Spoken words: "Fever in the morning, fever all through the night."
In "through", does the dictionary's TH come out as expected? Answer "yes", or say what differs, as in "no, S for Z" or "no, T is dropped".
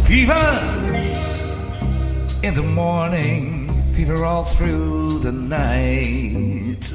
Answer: yes